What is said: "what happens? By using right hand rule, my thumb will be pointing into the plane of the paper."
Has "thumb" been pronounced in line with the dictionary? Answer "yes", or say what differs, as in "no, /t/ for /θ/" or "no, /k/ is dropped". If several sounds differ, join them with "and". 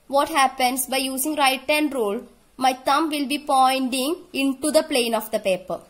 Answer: no, /t/ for /θ/